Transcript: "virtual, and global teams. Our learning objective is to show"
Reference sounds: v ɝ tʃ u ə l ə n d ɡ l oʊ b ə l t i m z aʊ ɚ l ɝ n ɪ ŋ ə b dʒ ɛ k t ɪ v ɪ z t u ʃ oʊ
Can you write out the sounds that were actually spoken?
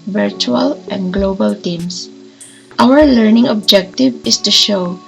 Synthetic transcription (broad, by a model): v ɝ tʃ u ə l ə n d ɡ l oʊ b ə l t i m s aʊ ɚ l ɝ n ɪ ŋ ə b dʒ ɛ k t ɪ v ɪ s t u ʃ oʊ